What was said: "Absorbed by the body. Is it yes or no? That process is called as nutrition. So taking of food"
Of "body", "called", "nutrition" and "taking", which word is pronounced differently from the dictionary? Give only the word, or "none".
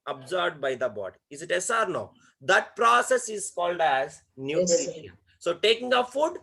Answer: nutrition